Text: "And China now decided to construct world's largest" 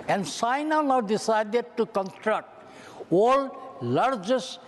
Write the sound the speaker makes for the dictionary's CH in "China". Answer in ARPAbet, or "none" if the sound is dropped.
S